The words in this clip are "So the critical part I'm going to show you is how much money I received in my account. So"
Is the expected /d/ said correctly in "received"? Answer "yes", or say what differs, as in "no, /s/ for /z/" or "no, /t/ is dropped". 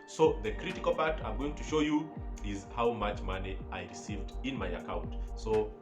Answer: yes